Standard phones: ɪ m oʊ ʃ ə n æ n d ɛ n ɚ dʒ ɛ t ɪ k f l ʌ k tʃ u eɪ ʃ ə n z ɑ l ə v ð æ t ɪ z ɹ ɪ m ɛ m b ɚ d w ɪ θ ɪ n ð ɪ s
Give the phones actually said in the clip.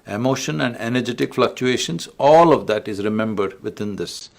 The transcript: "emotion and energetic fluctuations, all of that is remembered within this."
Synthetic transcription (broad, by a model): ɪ m oʊ ʃ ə n æ n d ɛ n ɚ dʒ ɛ t ɪ k f l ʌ k tʃ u eɪ ʃ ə n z ɑ l ə v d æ t ɪ z ɹ ɪ m ɛ m b ɚ d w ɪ t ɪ n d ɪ s